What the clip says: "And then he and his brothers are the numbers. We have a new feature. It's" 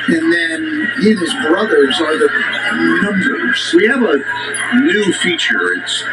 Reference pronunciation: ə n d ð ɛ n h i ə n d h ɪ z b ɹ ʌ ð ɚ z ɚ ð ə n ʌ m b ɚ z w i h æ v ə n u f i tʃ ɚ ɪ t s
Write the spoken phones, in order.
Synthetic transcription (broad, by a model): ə n ð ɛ n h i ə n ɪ z b ɹ ʌ ð ɚ z ɚ ð ə n ʌ m b ɚ z w i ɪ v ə n u f i tʃ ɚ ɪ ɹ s